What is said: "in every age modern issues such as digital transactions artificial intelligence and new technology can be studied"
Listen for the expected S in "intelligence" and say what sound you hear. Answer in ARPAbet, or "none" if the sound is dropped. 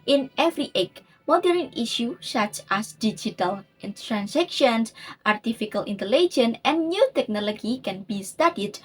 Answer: none